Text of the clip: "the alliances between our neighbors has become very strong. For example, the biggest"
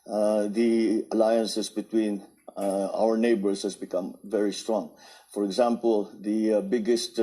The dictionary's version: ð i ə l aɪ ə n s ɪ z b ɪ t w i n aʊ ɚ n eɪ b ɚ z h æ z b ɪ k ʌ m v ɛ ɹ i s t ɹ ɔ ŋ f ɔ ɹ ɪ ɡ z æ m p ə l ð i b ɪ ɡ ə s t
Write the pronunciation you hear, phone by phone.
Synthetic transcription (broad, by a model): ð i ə l aɪ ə n s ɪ s b ɪ t w i n aʊ ɚ n eɪ b ɚ s h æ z b ɪ k ʌ m v ɛ ɹ i s t ɹ ɔ ŋ f ɔ ɹ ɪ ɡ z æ m p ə l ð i b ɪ ɡ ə s t